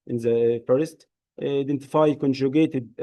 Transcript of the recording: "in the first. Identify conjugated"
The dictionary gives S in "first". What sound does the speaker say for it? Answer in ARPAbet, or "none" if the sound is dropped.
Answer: S